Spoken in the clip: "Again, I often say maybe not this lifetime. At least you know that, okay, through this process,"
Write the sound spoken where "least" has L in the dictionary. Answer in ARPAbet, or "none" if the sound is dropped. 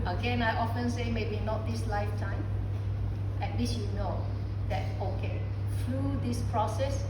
W